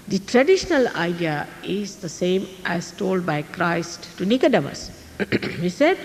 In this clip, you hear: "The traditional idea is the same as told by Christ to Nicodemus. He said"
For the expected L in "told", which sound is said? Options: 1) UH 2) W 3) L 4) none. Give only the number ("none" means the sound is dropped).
3